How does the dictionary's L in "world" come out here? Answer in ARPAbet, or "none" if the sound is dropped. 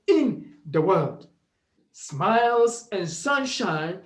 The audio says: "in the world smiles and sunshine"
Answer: L